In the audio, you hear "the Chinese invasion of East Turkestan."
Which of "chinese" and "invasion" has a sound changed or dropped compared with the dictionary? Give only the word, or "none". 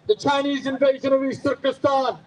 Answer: none